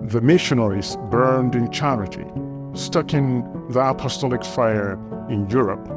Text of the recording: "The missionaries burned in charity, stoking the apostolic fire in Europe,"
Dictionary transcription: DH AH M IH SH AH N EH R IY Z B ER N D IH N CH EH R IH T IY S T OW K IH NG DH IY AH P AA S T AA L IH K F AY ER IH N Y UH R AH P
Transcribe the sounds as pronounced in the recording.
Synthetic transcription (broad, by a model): DH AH M IH SH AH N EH R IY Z B ER N D IH N CH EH R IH T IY S T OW K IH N DH IY AH P AA S T AA L IH K F AY ER IH N Y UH R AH P